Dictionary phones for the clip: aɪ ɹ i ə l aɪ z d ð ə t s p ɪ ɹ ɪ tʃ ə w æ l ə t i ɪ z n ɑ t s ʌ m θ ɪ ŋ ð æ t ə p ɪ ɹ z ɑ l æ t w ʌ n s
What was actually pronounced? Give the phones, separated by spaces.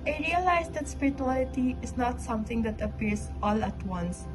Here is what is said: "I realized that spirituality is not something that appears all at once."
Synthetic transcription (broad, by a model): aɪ ɹ i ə l aɪ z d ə t s p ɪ ɹ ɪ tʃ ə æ l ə t i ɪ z n ɑ t s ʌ m t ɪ ŋ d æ t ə p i ɹ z ɑ l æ t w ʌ n s